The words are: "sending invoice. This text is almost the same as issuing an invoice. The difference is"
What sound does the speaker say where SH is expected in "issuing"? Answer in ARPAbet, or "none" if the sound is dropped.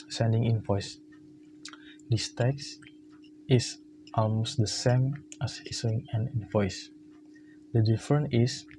S